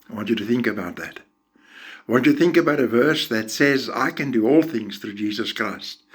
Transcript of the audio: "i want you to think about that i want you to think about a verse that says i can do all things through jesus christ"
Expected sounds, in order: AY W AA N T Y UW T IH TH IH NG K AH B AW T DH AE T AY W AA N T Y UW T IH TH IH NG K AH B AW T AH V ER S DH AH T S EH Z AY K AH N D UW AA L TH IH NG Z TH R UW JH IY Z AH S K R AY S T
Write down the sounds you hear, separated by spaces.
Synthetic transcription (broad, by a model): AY W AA N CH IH T IH TH IH NG K AH B AW T DH AE T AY W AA N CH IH T IH TH IH NG K AH B AW T AH V ER S DH AH T S EH Z AY K AH N D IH AA L TH IH NG Z TH R UW JH IY Z AH S K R AY S T